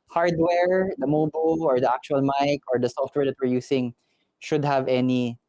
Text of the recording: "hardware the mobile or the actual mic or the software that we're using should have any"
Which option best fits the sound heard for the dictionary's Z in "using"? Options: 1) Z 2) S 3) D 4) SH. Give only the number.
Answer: 2